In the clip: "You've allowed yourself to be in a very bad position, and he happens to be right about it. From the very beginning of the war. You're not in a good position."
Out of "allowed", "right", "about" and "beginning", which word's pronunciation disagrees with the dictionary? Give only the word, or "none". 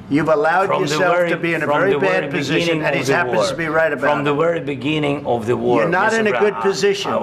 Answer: about